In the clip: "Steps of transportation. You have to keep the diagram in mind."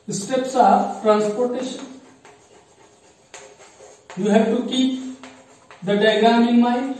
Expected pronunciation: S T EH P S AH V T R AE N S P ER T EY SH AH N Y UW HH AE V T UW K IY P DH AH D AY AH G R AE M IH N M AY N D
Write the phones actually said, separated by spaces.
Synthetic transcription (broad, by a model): S T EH P S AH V T R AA N S P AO T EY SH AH N Y UW HH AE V T UW K IY P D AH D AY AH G AA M IH N M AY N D